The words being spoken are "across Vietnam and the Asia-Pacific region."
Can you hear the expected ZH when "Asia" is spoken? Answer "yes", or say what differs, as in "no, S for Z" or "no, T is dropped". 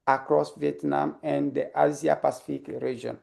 no, Z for ZH